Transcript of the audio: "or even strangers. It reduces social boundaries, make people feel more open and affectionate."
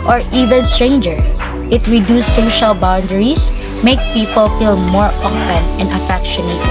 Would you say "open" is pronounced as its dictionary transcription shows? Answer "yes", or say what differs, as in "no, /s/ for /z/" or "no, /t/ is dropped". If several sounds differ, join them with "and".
no, /f/ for /p/